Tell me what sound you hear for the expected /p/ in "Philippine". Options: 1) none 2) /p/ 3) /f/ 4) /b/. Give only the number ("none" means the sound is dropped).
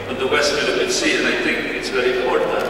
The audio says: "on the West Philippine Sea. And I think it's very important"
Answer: 1